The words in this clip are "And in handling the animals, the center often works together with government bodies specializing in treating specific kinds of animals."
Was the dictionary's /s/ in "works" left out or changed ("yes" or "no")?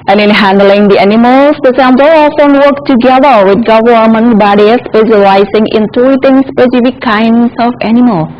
yes